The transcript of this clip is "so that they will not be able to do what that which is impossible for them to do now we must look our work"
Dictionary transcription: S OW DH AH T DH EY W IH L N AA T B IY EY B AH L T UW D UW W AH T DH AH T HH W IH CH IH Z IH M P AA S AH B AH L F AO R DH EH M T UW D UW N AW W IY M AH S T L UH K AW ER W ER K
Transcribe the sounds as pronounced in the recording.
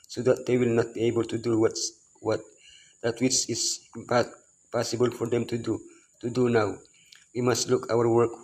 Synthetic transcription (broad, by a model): S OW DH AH T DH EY W IH L N AA T B IY EY B AH L T UW D UW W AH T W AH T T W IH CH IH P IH P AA S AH B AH L F AO R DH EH M T UW D UW N AW W IY M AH S T L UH K AW ER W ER K